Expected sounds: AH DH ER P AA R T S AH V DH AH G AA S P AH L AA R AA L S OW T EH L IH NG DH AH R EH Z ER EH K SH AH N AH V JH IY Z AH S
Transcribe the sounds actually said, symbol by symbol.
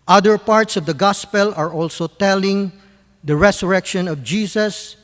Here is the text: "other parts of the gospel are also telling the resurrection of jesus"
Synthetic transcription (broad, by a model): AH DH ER P AA R T S AH V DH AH G AA S P AH L AA R AA L S OW T EH L IH NG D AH R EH S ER EH K SH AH N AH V JH IY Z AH S